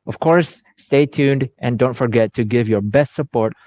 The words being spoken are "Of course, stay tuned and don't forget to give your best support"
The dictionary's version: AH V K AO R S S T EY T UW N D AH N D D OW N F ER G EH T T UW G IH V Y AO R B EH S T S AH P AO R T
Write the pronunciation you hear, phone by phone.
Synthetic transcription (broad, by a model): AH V K AO R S S T EY T UW N D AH N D D OW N F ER G EH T T UW G IH V Y AO R B EH S T S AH P AO R T